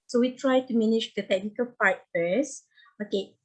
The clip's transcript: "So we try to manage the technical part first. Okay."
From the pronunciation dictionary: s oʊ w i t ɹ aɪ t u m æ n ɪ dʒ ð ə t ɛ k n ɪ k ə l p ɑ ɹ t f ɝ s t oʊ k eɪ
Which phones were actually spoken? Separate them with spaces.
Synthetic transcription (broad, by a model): s oʊ w i t ɹ aɪ t u m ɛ n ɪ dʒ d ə t ɛ k n ɪ k ə l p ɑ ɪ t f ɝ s oʊ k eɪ